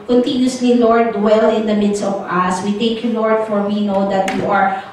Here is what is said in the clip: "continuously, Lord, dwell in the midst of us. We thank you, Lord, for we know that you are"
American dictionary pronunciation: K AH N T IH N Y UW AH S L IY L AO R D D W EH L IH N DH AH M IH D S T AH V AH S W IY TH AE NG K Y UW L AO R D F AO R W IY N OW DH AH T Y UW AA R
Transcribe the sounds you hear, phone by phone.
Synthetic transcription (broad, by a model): K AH N T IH N Y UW S L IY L AO R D D W EH L IH N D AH M IH D S T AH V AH S W IY T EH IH K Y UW L AO R D F AO R W IY N OW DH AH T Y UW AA R